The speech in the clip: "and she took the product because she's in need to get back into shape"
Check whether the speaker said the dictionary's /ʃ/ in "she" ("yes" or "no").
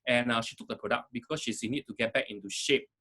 yes